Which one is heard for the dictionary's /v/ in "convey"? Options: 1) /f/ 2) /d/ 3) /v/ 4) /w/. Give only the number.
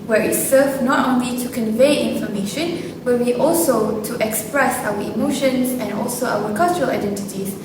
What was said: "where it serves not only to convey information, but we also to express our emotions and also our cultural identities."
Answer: 3